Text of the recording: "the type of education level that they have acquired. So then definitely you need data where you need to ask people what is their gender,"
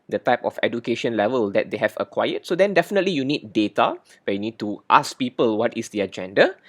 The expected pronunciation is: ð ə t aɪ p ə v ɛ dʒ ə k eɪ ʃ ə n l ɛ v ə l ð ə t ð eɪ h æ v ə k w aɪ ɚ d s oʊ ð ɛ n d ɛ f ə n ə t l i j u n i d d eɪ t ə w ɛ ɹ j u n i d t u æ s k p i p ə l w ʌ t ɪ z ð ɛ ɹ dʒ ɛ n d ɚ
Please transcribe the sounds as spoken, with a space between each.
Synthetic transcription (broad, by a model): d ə t aɪ p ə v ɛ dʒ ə k eɪ ʃ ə n l ɛ v ə l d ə t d eɪ h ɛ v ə k w aɪ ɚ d s oʊ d ɛ n d ɛ f ə n ə t l i j u n i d d eɪ t ə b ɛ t j u n i d t u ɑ s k p i p ə l w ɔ t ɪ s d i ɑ dʒ ɛ n d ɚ